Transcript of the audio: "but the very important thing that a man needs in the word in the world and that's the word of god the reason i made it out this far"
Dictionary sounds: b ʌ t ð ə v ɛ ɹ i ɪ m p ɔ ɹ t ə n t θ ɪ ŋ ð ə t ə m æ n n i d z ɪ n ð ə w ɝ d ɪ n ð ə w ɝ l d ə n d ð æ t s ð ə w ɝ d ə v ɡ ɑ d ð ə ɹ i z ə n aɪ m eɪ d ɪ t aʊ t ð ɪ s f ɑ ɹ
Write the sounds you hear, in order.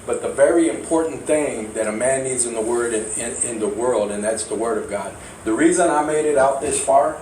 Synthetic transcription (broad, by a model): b ʌ t ð ə v ɛ ɹ i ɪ m p ɔ ɹ t n θ ɪ ŋ ð ə t ə m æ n n i d z ɪ n ð ə w ɝ d ɪ n ð ə w ɝ l d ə n ð æ t s ð ə w ɝ d ə v ɡ ɑ d ð ə ɹ i z ə n aɪ m eɪ d ɪ t aʊ t ð ɪ s f ɑ ɹ